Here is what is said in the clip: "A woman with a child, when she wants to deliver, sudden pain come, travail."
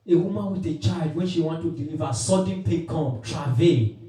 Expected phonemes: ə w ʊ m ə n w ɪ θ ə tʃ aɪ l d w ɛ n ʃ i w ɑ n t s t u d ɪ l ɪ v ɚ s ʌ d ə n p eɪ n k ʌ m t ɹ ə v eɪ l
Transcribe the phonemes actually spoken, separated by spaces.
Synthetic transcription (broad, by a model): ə w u m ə n w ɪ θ ə tʃ aɪ l d w ɛ n ʃ i w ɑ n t t u d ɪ l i v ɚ s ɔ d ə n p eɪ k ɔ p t ɹ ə v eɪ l